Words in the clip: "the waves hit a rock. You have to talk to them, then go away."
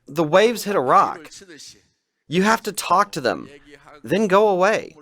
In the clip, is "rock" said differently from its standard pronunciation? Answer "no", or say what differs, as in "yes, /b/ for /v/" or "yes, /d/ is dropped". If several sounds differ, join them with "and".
no